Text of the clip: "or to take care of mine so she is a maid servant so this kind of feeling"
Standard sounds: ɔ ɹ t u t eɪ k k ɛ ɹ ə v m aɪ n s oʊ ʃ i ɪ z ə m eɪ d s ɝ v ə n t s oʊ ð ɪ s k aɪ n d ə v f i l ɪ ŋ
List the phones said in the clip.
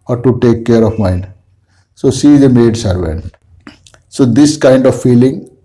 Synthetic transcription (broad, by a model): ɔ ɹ t u t eɪ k k ɛ ɹ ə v m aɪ n s oʊ s i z ə m eɪ d s ɝ v ə n t s oʊ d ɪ s k aɪ n d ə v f i l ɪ ŋ